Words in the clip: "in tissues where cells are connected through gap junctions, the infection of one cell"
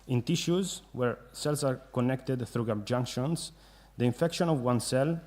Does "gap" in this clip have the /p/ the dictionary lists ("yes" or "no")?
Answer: no